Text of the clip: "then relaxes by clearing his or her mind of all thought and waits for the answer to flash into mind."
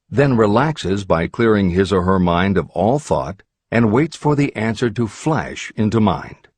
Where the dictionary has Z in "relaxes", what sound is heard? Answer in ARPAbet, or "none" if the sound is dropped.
Z